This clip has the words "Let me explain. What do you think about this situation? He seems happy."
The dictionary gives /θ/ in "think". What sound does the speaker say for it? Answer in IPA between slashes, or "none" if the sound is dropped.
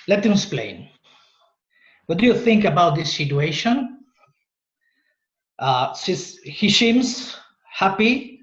/θ/